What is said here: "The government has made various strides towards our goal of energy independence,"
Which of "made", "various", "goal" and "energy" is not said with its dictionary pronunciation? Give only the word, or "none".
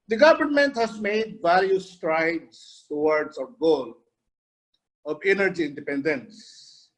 various